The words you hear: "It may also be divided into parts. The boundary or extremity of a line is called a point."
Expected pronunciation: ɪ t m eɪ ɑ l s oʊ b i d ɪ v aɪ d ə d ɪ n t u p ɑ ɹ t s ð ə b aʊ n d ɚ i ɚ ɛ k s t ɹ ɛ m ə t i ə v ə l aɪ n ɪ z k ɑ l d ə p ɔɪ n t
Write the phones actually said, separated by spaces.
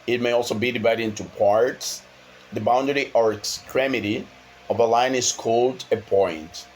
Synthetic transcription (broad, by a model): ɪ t m eɪ ɑ l s oʊ b i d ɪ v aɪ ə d ɪ n t u p ɑ ɹ t s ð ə b aʊ n d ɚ i ɚ ɛ k s t ɹ ɛ m ə t i ə v ə l aɪ n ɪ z k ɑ l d ə p ɔɪ n t